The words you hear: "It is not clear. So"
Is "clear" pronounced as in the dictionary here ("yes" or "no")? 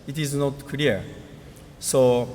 no